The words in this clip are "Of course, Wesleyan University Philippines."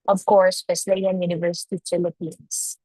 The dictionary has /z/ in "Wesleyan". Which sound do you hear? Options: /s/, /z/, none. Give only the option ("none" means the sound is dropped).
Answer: /s/